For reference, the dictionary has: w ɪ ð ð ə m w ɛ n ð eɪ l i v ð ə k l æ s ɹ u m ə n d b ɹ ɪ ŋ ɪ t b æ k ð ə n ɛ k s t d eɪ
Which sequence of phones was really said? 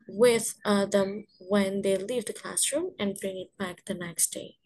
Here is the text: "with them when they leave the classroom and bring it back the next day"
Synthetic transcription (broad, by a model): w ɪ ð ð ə m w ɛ n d eɪ l i v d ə k l æ s ɹ u m ə n d b ɹ ɪ ŋ ɪ t b æ k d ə n ɛ k s t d eɪ